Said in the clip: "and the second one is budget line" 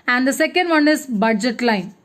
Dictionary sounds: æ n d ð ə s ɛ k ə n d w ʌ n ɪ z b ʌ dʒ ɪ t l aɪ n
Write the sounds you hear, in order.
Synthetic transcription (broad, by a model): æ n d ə s ɛ k ə n d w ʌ n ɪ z b ʌ dʒ ɪ t l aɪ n